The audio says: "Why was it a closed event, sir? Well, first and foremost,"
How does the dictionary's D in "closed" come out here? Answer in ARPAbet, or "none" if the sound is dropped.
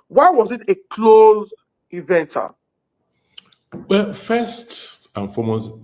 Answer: none